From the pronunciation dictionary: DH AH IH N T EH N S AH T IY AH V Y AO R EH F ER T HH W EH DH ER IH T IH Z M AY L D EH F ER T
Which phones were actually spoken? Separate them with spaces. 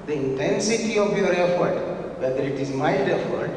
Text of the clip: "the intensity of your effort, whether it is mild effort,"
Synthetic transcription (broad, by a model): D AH IH N T EH N S AH T IY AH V Y AO R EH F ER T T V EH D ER IH T IH Z M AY D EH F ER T